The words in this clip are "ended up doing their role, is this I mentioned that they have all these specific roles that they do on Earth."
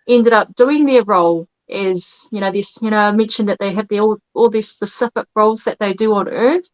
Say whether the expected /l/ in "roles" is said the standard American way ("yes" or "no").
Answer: yes